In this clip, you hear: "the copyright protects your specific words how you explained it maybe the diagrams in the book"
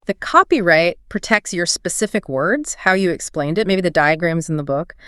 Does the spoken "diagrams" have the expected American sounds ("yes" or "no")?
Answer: yes